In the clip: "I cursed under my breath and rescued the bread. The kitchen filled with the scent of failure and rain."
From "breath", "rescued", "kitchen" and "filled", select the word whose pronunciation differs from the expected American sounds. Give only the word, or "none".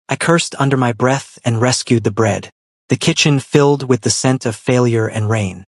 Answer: none